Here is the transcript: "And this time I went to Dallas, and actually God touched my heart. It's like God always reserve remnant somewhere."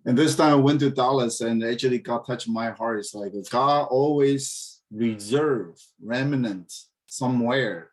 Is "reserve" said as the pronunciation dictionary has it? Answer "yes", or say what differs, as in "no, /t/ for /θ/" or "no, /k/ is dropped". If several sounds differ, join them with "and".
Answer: yes